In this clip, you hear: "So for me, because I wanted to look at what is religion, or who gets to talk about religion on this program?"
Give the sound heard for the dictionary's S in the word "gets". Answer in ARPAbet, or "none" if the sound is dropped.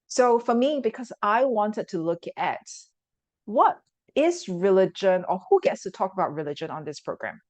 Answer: S